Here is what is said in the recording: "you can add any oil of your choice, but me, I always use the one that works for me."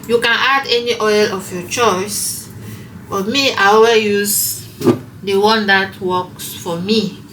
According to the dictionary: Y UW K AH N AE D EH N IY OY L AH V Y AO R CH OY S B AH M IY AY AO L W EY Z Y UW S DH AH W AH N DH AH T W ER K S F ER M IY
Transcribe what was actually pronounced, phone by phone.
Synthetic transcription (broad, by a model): Y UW K AH N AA D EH N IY OY L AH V Y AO CH OY S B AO M IY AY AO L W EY Y UW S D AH W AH N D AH T W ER K S F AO M IY